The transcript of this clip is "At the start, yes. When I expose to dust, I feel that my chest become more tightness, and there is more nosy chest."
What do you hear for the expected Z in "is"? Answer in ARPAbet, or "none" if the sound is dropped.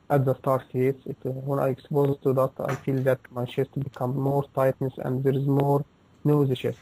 Z